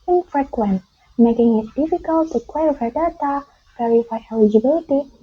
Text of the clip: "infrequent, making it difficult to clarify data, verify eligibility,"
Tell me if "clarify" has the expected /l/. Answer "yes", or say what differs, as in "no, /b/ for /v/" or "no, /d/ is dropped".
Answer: no, /w/ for /l/